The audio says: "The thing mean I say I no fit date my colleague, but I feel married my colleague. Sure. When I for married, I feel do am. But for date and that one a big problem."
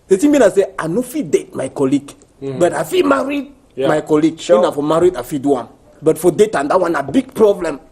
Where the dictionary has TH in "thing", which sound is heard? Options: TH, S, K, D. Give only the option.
S